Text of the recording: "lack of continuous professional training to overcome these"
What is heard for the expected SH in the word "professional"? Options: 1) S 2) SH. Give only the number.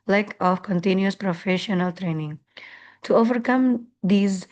2